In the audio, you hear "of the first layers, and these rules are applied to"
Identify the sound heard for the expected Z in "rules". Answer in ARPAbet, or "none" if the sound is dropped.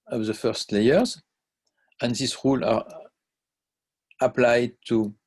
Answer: none